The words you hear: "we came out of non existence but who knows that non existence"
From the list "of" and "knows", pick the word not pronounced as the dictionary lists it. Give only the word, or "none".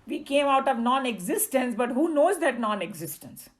none